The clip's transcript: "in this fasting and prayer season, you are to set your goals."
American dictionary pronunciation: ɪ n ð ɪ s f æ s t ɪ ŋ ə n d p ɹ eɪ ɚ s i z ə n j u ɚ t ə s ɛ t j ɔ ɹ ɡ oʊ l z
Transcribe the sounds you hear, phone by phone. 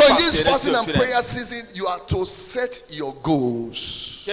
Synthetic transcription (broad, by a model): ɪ n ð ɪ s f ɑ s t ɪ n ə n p ɹ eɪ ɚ s i z ə n j u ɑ t ə s ɛ t j ɔ ɡ oʊ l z